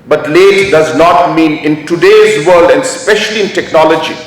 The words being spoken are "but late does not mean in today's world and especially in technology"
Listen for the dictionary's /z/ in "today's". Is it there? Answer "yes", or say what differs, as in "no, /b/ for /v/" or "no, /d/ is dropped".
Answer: yes